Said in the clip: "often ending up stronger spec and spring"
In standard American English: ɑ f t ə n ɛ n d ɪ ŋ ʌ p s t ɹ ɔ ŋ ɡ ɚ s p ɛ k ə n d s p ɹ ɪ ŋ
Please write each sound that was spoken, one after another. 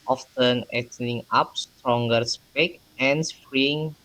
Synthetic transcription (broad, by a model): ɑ f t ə n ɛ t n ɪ ŋ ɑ p s t ɹ ɔ ŋ ɡ ɚ s p ɛ k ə n s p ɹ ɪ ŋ